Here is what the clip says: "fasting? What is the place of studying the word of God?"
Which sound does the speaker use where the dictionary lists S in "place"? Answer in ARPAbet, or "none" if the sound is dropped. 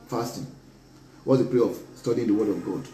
none